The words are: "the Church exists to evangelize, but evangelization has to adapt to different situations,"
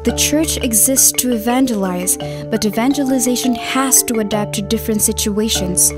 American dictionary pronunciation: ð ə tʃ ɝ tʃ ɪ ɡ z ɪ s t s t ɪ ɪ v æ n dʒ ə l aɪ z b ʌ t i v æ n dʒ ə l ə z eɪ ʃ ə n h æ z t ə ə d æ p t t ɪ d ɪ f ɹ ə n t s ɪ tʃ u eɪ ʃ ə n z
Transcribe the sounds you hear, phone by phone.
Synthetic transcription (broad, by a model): ð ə tʃ ɝ tʃ ɪ ɡ z ɪ s t s t ɪ ɪ v æ n dʒ ə l aɪ z b ʌ t i v æ n dʒ ə l ə z eɪ ʃ ə n h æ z t ə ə d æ p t t ɪ d ɪ f ɹ ə n t s ɪ tʃ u eɪ ʃ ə n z